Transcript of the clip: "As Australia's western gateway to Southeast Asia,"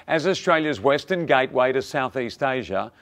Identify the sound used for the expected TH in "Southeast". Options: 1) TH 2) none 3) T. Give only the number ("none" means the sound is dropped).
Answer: 1